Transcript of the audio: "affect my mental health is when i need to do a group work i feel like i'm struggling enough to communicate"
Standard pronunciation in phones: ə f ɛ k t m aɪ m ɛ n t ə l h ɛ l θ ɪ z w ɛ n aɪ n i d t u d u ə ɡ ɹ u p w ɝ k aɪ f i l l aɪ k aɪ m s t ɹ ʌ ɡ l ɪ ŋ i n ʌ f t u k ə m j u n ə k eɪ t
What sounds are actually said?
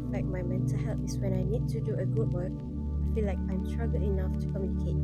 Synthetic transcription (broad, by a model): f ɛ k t m aɪ m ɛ n t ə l h ɛ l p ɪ s w ɛ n aɪ n i d t u d u ə ɡ u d w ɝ k aɪ f i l l aɪ k aɪ m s t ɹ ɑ ɡ ɪ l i n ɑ f t u k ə m j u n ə k eɪ t